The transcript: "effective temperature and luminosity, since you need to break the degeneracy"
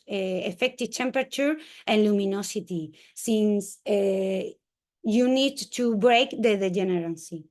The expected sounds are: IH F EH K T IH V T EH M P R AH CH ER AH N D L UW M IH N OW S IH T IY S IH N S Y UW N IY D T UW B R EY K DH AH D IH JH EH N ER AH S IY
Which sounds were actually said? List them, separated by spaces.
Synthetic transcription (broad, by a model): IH F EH K T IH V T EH M P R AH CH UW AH N L UW M IH N OW S IH T IY S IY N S Y UW N IY D T UW B R EY K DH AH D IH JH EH N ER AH S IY